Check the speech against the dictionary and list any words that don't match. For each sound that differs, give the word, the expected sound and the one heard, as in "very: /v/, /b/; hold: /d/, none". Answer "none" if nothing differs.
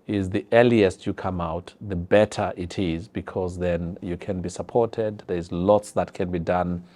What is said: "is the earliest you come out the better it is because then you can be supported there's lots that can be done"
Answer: none